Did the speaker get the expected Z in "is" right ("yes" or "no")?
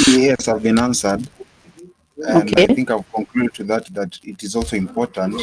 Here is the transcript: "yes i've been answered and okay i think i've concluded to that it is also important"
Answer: yes